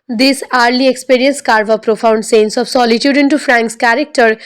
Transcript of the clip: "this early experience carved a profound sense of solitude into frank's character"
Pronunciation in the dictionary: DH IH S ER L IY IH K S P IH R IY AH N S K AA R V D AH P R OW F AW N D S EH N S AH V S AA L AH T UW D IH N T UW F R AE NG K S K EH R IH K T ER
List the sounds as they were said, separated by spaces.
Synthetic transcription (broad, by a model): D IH S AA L IY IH K S P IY R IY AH N S K AA R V AH P R OW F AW N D S EH N S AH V S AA L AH T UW D IH N T UW F R AE NG K S K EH R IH K T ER